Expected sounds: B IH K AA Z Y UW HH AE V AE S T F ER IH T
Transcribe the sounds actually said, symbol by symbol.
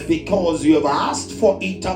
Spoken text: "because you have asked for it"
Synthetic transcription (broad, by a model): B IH K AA Z Y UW V AE S T F ER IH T